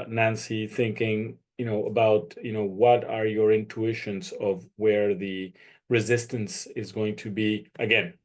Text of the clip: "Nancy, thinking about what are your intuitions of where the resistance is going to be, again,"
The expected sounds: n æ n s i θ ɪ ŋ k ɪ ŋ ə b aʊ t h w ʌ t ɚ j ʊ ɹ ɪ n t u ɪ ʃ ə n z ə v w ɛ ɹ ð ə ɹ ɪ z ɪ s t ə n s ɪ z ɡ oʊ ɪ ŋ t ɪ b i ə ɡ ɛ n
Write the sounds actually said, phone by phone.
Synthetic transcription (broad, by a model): n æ n s i θ ɪ ŋ k ɪ ŋ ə b aʊ t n w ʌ t ɚ j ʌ ɹ ɪ n t u ɪ ʃ ə n z ə v w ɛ ɹ ð ə ɹ ɪ z ɪ s t ə n s ɪ z ɡ oʊ ɪ ŋ t ɪ b i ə ɡ ɛ n